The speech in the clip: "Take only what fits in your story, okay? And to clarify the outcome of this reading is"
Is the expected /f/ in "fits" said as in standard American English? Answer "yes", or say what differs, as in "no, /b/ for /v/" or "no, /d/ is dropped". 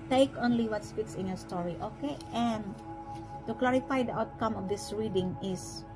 no, /p/ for /f/